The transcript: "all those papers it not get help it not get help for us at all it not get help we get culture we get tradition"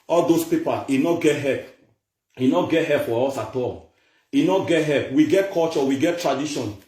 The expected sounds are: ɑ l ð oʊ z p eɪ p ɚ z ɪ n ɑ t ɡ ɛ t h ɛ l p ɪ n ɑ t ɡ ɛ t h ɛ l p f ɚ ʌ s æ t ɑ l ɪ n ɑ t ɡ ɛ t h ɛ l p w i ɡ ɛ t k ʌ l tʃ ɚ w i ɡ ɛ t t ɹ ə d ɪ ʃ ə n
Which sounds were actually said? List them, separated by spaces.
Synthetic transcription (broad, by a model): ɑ l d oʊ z p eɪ p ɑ ɪ n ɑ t ɡ ɛ t h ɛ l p ɪ n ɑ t ɡ ɛ t h ɛ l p f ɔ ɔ s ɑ t ɑ l ɪ n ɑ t ɡ ɛ t h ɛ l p w i ɡ ɛ t k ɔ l tʃ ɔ w i ɡ ɛ t t ɹ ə d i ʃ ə n